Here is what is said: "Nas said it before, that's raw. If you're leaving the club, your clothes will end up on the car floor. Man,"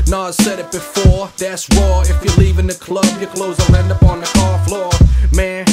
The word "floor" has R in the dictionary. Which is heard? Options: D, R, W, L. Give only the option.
R